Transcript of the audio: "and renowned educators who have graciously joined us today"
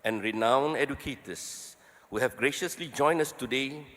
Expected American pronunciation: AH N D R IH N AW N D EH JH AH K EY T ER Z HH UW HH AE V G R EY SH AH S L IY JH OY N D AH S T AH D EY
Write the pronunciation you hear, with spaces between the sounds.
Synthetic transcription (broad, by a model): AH N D R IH N AW N EH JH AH K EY T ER S HH UW HH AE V G R EY SH AH S L IY JH OY N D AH S T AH D EY